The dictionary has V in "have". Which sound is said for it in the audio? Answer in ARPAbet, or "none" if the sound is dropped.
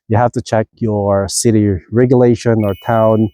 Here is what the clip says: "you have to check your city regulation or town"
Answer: F